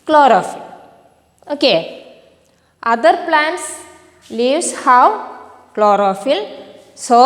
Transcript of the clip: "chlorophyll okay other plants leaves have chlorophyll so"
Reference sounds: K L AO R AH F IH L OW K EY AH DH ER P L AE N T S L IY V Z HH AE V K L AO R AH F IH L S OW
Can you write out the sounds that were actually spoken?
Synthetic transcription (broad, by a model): K L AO R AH F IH L OW K EY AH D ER P L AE N T S L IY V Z HH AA W K L AO R AH F IH L S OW